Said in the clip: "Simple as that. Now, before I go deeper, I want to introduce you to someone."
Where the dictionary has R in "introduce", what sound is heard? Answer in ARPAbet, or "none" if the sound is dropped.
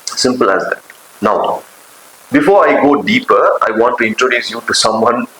R